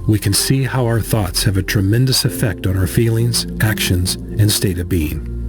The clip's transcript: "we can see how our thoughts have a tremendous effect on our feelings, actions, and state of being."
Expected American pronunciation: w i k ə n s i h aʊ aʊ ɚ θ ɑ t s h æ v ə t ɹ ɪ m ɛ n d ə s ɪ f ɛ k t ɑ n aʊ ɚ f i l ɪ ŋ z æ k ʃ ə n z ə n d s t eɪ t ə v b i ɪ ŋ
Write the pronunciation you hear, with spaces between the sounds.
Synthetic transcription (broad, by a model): w i k ə n s i h aʊ aʊ ɚ θ ɑ t s h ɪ v ə t ɹ ɪ m ɛ n d ə s ɪ f ɛ k t n aʊ ɚ f i l ɪ ŋ z æ k ʃ ə n z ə n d s t eɪ t ə v b i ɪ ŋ